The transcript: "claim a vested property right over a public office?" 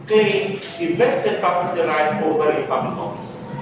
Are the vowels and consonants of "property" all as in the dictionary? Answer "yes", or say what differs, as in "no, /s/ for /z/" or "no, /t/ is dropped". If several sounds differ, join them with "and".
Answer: no, /l/ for /ɹ/